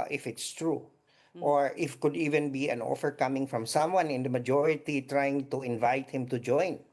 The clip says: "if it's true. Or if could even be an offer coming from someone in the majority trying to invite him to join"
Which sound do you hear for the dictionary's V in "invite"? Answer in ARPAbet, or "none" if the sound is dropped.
V